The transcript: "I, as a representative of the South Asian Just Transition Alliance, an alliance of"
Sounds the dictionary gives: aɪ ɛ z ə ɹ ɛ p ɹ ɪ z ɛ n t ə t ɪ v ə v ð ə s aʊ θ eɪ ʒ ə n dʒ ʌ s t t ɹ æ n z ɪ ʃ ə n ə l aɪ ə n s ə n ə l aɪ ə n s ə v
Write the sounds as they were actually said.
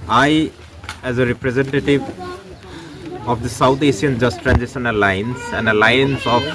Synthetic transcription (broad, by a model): aɪ ɛ z ə ɹ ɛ p ɹ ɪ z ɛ n t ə t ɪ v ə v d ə s aʊ t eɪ s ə n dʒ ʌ s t t ɹ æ n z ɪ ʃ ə n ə l aɪ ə n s ə n ə l aɪ ə n s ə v